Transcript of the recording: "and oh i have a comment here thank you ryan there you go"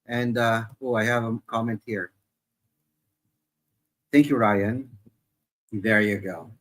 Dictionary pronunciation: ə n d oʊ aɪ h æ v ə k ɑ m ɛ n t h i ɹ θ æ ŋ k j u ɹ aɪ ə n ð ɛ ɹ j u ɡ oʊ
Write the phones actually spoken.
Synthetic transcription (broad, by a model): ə n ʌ oʊ aɪ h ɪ v ə k ɑ m ɛ n t h i ɹ θ æ ŋ k j u ɹ aɪ ə n ð ɛ ɹ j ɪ ɡ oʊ